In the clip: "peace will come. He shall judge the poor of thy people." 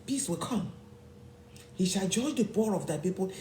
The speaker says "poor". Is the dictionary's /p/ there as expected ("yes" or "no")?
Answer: no